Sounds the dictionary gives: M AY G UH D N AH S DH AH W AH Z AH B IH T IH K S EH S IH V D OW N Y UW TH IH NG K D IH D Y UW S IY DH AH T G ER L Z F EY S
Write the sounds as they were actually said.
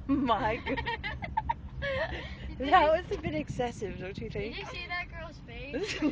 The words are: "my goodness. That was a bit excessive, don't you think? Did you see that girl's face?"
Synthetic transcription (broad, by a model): M AY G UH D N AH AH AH S AH B IH T IH K S EH S IH V D OW N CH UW TH IH NG K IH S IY DH AH T G ER L Z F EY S